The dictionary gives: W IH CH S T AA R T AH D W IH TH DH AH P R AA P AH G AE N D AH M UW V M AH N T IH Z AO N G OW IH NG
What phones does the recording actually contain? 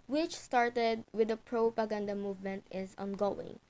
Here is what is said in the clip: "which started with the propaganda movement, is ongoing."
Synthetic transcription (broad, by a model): W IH CH S T AA R T AH D W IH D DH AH P R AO P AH G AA N D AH M UW V M AH N T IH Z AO N G OW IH NG